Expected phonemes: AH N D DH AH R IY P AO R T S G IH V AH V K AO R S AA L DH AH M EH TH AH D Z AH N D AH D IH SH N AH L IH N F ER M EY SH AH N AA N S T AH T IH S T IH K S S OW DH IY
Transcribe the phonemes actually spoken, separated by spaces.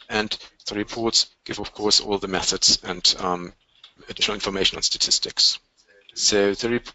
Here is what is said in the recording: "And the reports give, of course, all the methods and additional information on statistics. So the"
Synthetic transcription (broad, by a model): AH N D DH AH R IY P AO R T S G IH V AH V K AO R S AA L DH AH M EH TH AH D Z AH N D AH D IH SH N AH L IH N F ER M EY SH AH N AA N S T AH T IH S T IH K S S OW DH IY